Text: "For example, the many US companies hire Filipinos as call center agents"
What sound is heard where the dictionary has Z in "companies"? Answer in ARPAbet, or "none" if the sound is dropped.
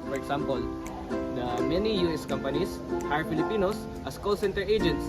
S